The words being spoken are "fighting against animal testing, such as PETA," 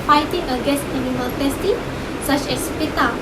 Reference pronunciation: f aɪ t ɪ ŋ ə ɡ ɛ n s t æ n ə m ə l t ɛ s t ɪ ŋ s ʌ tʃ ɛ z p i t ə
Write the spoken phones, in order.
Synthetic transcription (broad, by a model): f aɪ t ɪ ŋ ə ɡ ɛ s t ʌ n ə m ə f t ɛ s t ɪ s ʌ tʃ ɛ s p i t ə